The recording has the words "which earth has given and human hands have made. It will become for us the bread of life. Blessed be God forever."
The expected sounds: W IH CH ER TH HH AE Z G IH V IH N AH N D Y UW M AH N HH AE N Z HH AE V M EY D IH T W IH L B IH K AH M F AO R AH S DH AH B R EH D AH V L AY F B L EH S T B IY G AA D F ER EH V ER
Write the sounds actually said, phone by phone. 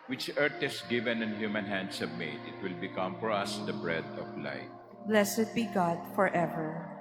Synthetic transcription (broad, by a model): W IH CH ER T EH S G IH V IH N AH N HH Y UW M AH N HH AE N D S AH B M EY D IH T W IH L B IH K AH M F AO R AH S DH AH B R EH D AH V L AY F B L EH S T B IY G AA D F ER EH V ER